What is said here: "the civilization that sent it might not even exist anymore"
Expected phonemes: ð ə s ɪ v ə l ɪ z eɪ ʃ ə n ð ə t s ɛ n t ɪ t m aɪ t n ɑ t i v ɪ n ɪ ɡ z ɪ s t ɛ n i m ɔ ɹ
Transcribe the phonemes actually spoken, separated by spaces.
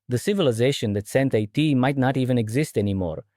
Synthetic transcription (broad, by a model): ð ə s ɪ v ə l ɪ z eɪ ʃ ə n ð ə t s ɛ n t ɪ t m aɪ t n ɑ t i v ɪ n ɪ ɡ z ɪ s t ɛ n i m ɔ ɹ